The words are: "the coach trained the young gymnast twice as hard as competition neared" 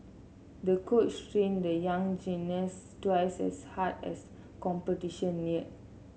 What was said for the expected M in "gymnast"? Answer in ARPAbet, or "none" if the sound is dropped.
none